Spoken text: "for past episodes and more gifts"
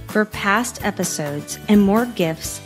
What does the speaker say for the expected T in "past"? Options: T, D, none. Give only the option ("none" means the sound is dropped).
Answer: T